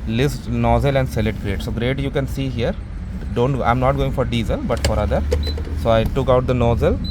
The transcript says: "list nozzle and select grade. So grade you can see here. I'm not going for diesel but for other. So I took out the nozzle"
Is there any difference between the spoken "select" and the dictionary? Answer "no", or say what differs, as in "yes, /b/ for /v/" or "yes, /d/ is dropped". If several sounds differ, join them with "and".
yes, /k/ is dropped